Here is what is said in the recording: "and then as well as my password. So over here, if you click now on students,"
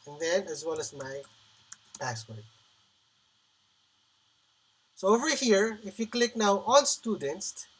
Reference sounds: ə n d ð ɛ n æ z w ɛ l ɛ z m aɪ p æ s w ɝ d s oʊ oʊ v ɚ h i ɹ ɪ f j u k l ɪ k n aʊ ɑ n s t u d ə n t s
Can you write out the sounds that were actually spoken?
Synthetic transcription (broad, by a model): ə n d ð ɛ n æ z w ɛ l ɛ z m aɪ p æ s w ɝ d s oʊ oʊ v ɚ h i ɹ ɪ f j u k l ɪ k n aʊ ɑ l s t u d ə n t s